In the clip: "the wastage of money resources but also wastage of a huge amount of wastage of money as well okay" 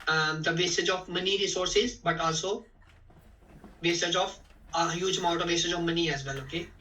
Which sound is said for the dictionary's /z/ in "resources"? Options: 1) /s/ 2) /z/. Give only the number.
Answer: 2